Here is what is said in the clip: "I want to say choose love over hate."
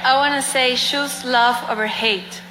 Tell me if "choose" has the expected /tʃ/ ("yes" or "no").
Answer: no